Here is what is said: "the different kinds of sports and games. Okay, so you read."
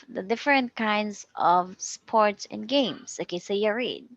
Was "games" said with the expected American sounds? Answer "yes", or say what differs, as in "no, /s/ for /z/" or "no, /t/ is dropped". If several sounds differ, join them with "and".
no, /s/ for /z/